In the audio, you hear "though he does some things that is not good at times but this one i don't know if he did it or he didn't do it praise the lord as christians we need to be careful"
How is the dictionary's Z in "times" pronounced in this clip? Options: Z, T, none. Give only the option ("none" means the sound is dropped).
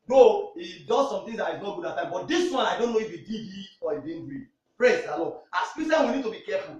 none